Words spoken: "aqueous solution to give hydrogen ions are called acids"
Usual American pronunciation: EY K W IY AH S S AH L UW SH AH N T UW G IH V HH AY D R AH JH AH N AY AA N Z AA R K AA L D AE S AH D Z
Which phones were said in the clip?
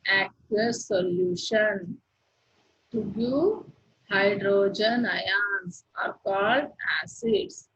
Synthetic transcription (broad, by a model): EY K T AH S S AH L UW SH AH N T UW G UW HH AY D R AH JH AH N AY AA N S AA R K AA L D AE S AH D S